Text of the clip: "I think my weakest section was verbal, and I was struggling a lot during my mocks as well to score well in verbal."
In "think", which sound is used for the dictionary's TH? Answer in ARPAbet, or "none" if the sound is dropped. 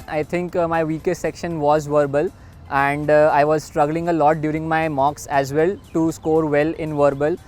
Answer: T